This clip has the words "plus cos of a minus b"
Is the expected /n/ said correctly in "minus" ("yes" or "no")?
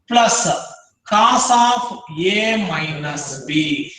yes